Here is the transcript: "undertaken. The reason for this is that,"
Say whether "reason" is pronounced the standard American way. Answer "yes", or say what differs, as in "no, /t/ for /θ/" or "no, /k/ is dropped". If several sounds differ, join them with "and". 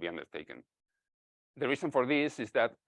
no, /s/ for /z/